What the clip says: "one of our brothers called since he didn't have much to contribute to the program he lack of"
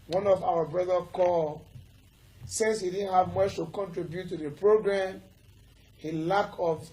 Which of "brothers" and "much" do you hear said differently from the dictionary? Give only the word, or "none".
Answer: brothers